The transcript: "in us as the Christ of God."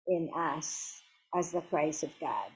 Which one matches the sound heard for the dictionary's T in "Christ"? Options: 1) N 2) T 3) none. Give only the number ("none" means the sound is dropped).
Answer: 3